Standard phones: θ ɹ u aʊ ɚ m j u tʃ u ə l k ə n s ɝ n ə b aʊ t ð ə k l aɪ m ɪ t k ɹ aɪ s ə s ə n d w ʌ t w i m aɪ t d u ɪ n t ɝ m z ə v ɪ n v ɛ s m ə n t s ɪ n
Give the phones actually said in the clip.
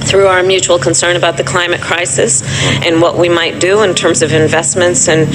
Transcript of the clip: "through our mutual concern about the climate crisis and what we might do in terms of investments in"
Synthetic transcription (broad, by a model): θ ɹ u aʊ ɚ m j u tʃ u l k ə n s ɝ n ə b aʊ t ð ə k l aɪ m ɪ t k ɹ aɪ s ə s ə n w ʌ t w i m aɪ t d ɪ ɪ n t ɝ m z ə v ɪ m v ɛ s m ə n t s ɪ n